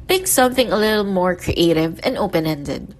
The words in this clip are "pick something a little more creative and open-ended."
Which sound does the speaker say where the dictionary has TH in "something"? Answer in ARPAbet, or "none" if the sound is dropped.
TH